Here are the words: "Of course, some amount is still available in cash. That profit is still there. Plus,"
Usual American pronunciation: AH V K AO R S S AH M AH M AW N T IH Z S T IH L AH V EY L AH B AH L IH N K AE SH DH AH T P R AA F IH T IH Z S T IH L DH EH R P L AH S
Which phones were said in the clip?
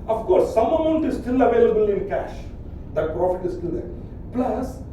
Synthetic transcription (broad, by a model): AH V K AO R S S AH M AH M AW N T IH Z S T IH L AH V EY L AH B AH L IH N K AE SH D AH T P R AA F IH T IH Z S T IH L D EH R P L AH S